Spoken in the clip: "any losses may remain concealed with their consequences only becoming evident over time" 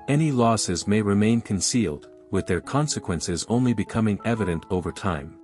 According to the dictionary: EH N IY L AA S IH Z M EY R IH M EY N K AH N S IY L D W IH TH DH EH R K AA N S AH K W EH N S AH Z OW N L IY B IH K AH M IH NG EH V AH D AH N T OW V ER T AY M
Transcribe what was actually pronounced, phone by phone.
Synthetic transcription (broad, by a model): EH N IY L AA S IH Z M EY R IH M EY N K AH N S IY L D W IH DH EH R K AA N S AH K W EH N S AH Z OW N L IY B IH K AH M IH NG EH V AH D AH N T OW V ER T AY M